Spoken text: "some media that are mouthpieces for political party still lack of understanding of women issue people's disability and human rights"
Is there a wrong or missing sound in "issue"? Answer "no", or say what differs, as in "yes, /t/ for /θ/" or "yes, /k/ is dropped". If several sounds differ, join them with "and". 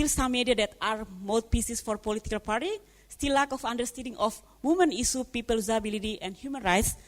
yes, /s/ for /ʃ/